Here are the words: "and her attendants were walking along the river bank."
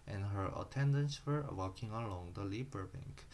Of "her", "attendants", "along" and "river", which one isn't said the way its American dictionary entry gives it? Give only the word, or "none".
river